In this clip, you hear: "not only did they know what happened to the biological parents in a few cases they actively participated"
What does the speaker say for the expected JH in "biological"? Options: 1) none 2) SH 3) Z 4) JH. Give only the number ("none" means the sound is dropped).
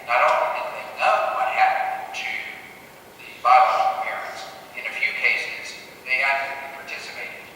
1